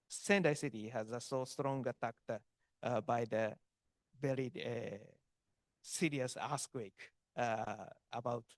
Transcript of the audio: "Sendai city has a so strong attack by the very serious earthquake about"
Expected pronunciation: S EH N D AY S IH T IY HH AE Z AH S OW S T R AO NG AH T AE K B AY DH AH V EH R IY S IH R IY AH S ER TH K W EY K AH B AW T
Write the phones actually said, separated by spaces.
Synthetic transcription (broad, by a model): S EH N D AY S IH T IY HH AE Z AH S OW S T R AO NG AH T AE K B AY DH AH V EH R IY S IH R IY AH S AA S K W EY K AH B AW T